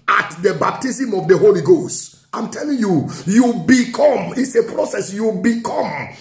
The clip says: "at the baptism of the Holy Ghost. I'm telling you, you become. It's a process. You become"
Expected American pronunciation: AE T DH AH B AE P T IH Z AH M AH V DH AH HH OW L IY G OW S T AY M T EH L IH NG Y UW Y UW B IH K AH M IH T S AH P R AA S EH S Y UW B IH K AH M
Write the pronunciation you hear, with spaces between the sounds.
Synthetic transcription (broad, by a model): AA T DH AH B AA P T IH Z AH M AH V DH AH HH OW L IY G OW S T AY M T EH L IH NG Y UW Y UW B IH K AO M IH T S AH P R AA S EH S Y UW B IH K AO M